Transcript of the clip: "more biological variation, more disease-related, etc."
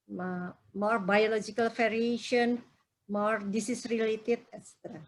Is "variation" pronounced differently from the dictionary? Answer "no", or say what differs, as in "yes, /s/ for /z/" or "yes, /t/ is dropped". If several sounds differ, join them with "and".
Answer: yes, /f/ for /v/